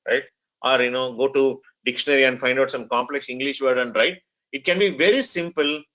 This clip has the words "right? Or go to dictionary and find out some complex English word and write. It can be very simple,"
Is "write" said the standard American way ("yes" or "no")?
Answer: yes